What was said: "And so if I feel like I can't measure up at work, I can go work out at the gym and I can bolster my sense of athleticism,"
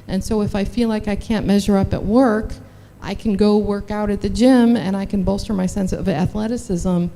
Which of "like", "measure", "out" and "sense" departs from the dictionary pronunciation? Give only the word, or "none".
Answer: none